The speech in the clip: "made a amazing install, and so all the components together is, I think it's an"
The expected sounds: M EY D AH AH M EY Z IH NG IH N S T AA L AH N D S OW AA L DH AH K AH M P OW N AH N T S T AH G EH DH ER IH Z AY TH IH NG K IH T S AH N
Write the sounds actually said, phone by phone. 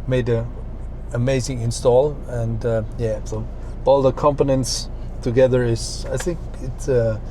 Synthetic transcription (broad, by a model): M EY D AH AH M EY Z IH NG IH N S T AA L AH N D S OW AA L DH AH K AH M P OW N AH N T S T AH G EH DH ER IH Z AY TH IH NG K IH T S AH